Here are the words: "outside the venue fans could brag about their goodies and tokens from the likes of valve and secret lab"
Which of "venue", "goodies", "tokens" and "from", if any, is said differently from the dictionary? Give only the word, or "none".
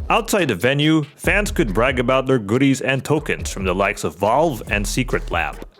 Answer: none